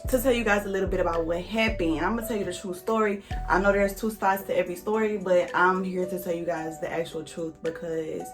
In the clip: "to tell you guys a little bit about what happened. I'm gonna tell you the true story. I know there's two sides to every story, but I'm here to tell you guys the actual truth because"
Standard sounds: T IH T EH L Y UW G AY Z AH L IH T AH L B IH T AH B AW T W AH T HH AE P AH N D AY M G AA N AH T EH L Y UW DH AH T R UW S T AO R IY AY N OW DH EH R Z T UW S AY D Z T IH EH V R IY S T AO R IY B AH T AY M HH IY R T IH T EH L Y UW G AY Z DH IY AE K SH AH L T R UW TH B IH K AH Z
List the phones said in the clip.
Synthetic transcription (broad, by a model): T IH T EH L Y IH G AY Z AH L IH T L B IH T AH B AW T W AH T HH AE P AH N AY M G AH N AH T EH L Y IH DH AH T R UW S T AO R IY AY N OW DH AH R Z T UW S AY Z T IH EH V R IY S T AO R IY B AH T AY M HH IY R T IH T EH L Y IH G AY Z DH IY AE K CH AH L T R UW TH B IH K AH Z